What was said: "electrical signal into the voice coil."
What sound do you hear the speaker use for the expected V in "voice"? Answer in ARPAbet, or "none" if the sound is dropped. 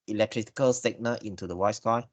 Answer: W